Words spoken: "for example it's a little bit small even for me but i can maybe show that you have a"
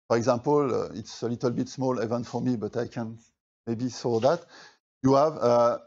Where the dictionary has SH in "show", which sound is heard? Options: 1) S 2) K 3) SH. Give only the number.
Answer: 1